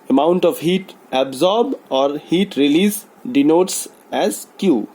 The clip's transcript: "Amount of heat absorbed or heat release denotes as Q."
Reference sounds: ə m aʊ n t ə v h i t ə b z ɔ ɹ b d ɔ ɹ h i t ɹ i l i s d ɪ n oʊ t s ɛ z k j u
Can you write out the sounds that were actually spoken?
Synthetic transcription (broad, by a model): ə m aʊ n t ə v h i t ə b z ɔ ɹ b ɔ ɹ h i t ɹ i l i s d ɪ n oʊ t s ɛ z k j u